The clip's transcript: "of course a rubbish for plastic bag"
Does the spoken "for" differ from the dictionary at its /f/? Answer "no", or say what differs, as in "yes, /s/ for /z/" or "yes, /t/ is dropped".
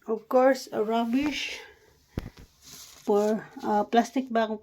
yes, /p/ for /f/